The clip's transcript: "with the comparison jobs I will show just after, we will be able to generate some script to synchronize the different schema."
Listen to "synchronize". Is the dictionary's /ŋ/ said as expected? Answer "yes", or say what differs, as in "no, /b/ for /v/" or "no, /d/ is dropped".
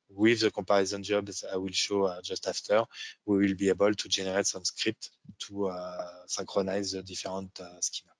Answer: no, /ŋ/ is dropped